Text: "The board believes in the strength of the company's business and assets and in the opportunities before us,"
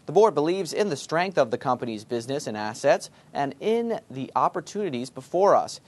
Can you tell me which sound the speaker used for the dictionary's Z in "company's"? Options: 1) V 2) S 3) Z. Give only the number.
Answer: 3